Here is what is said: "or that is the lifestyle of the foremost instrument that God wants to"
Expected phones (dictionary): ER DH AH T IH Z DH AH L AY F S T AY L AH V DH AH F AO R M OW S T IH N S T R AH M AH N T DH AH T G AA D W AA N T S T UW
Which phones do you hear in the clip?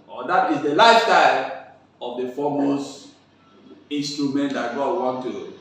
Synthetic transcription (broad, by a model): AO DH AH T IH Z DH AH L AY F S T AY L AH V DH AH F AO M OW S IH N S T R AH M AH N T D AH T G AA D W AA N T T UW